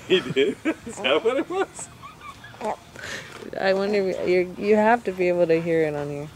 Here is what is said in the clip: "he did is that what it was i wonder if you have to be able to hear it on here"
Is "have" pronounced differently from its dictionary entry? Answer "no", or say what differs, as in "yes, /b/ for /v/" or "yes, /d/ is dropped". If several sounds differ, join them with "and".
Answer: yes, /f/ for /v/